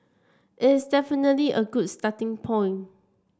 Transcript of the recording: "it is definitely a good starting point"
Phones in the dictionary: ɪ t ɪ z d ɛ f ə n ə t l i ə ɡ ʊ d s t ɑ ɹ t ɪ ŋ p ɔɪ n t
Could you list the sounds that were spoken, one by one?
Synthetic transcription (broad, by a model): ɪ t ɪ s d ɛ f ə n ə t l i ə ɡ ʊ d s t ɑ t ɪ ŋ p ɔɪ n